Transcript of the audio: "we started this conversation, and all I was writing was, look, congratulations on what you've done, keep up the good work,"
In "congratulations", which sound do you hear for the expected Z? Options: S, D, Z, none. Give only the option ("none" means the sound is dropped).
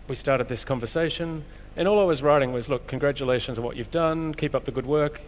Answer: Z